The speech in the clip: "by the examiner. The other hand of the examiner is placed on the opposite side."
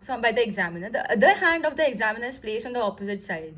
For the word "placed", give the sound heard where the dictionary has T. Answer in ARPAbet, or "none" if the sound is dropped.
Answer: none